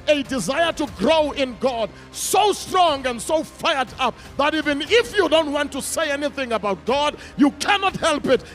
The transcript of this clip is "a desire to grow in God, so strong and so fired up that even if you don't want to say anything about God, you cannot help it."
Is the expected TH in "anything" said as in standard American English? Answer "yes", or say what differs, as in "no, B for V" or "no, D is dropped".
yes